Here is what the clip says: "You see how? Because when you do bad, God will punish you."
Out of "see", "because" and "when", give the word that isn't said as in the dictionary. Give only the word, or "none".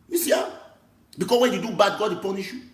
because